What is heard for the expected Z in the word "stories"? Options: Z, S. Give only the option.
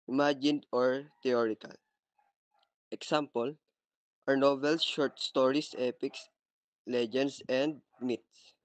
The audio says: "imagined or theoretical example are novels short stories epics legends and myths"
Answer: S